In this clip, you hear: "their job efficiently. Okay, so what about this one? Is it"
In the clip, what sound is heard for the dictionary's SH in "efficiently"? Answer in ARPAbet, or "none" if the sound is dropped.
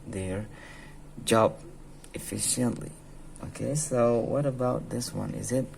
SH